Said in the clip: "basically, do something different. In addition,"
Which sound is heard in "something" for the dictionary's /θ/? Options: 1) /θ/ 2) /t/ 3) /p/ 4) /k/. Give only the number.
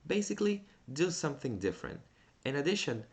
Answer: 1